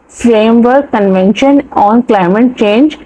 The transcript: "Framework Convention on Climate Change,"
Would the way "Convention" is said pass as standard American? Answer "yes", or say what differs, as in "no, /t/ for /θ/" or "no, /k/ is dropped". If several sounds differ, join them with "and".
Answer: yes